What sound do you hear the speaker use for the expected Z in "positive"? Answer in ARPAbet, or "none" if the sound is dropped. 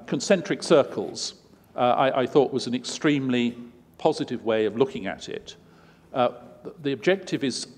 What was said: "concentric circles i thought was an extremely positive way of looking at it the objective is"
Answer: Z